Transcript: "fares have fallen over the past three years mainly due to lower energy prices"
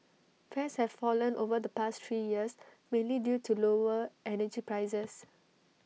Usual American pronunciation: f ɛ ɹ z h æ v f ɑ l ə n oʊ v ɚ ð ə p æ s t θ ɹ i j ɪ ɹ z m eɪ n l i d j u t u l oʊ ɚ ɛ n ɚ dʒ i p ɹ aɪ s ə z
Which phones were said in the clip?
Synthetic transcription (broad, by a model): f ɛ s h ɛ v f ɑ l ə n oʊ v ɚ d ə p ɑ s t t ɹ i j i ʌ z m eɪ n l i d j u t u l oʊ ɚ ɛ n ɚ dʒ i p ɹ aɪ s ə s